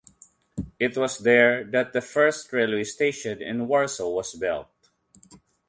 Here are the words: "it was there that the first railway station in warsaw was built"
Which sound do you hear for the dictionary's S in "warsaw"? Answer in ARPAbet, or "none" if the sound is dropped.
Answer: S